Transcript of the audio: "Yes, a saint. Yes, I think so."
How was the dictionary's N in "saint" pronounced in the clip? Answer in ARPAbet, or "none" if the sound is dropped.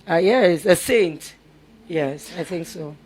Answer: N